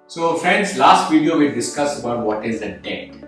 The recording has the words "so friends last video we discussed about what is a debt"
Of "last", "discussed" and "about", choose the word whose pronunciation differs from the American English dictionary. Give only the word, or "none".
discussed